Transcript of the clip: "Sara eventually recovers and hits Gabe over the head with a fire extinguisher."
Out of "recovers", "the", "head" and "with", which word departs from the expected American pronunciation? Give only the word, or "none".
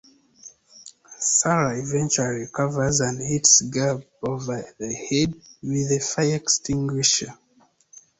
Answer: recovers